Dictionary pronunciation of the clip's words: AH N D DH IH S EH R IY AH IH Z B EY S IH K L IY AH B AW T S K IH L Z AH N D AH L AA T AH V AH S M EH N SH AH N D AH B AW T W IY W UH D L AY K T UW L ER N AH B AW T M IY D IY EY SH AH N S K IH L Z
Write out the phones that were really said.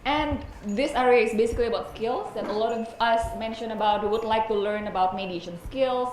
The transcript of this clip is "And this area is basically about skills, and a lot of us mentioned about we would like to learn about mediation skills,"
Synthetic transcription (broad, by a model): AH N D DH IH S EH R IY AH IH S B EY S IH K L IY AH B AW T S K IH L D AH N AH L AA T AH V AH S M EH N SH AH N AH B AW T W IY W UH D L AY K T UW L ER N AH B AW T M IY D IY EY SH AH N S K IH L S